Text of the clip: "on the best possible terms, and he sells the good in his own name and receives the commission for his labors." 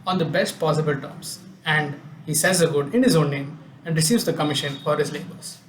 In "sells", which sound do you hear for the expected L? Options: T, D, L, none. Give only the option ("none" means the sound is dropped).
none